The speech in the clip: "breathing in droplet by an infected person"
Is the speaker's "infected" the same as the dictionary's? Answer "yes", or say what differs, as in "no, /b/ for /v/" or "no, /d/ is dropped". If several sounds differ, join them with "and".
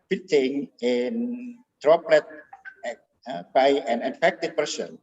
no, /n/ is dropped